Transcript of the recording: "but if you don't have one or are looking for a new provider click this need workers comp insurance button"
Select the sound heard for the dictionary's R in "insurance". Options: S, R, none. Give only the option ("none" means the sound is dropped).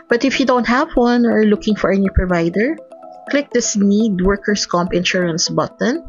R